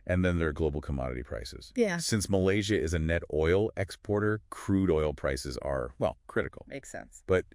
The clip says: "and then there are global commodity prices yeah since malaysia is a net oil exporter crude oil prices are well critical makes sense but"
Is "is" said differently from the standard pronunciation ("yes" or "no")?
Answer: no